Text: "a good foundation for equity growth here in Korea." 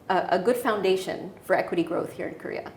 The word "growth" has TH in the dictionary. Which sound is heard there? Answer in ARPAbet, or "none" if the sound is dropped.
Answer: TH